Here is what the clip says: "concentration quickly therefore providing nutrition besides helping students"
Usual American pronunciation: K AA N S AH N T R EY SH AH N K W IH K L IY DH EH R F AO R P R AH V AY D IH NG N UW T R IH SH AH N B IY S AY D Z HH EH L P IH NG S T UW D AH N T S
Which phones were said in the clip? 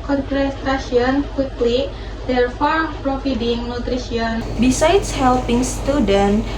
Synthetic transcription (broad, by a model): K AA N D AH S T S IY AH N K W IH K L IY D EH R F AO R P R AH F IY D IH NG N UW T R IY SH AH N B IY S AY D S HH EH L P IH NG S T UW D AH N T